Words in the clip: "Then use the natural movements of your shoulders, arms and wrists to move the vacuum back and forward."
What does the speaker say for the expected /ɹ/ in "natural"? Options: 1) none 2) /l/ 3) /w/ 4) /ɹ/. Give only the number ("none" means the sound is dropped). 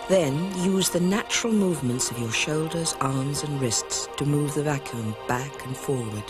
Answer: 4